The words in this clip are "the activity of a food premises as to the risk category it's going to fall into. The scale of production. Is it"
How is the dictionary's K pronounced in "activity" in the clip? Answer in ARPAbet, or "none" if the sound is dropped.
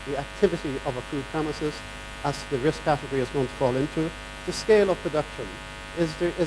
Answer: K